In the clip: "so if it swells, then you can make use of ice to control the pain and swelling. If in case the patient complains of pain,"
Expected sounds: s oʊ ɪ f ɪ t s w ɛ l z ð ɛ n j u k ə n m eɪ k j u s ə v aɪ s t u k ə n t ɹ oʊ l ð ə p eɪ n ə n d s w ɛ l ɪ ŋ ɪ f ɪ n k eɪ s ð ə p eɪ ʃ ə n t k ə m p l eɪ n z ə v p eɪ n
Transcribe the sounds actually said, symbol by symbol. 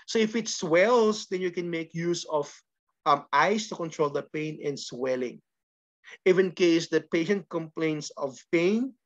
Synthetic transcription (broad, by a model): s oʊ ɪ f ɪ t s w ɛ l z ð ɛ n j u k ə n m eɪ k j u s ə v aɪ s t u k ə n t ɹ oʊ l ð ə p eɪ n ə n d s w ɛ l ɪ ŋ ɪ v ɪ n k eɪ s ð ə p eɪ ʃ ə n t k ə m p l eɪ n s ə v p eɪ n